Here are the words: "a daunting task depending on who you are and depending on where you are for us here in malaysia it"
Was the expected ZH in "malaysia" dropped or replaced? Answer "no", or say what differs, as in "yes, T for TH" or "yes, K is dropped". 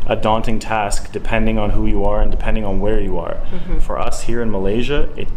no